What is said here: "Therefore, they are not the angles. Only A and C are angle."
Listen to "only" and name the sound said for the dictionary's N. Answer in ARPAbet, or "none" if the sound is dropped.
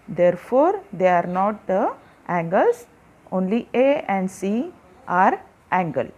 N